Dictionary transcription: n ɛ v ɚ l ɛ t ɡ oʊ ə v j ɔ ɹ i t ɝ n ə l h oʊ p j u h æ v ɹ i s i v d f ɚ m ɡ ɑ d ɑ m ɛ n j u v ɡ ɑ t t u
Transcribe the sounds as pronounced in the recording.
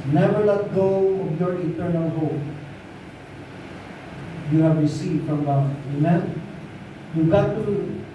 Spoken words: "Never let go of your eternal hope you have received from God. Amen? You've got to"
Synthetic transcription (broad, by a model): n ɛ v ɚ l ɛ t ɡ oʊ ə b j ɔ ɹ i t ɝ n ə l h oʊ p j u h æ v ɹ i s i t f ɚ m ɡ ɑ ɑ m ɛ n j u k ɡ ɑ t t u